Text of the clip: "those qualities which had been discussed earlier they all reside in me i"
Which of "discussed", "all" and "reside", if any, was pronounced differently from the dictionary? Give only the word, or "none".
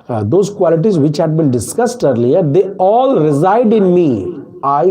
none